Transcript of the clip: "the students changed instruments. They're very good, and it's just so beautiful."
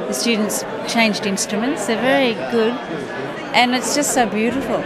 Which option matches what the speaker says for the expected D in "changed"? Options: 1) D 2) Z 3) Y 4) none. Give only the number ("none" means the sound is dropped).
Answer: 1